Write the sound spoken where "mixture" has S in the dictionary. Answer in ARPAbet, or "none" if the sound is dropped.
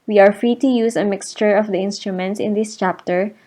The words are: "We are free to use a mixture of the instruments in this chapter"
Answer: S